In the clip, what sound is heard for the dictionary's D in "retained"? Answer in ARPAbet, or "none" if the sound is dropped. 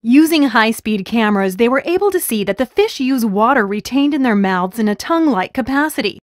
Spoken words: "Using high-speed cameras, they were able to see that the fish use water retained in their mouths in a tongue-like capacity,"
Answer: D